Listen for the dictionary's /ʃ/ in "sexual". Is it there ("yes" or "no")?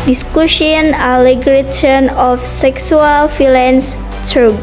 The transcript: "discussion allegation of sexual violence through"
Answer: no